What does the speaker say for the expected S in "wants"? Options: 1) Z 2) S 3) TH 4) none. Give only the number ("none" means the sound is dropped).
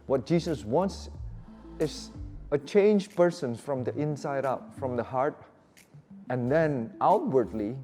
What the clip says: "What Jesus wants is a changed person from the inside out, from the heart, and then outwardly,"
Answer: 2